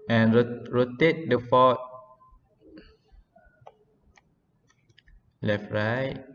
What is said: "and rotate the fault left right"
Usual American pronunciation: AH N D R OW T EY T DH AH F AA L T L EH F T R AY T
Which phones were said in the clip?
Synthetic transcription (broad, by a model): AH N R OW T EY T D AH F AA T L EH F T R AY